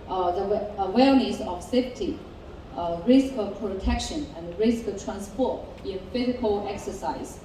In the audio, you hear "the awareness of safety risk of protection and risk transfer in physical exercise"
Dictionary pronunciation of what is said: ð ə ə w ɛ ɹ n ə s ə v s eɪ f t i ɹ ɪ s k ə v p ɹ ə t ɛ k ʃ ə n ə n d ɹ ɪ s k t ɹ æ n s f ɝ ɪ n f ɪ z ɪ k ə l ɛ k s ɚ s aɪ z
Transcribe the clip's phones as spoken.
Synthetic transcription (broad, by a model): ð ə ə w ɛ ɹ n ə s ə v s eɪ f t i ɹ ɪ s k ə p ɹ ə t ɛ k ʃ ə n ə n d ɹ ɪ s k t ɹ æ n s p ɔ ɪ n f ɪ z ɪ k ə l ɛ k s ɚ s aɪ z